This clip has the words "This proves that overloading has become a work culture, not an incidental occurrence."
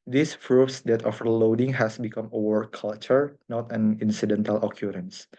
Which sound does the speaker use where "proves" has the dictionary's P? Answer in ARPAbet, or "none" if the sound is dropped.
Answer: F